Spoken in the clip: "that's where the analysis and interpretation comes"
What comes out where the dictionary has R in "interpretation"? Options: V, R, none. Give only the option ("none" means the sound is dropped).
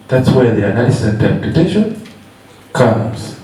none